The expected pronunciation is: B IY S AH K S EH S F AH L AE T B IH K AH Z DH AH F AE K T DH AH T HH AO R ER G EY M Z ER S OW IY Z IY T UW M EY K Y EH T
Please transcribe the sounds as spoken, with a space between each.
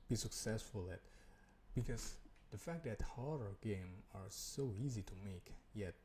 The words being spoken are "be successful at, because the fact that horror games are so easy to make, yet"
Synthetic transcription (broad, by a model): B IY S AH K S EH S F AH L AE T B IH K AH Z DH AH F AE K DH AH T HH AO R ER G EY M ER S OW IY Z IY T UW M EY K Y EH T